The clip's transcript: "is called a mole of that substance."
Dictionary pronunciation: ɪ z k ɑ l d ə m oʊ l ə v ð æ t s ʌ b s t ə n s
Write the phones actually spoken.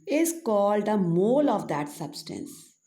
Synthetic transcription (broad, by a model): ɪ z k ɑ l d ə m oʊ l ə v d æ t s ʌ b s t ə n s